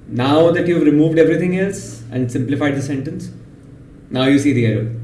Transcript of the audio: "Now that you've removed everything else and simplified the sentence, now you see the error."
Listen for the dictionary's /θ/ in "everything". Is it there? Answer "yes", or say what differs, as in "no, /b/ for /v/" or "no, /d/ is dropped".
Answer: no, /t/ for /θ/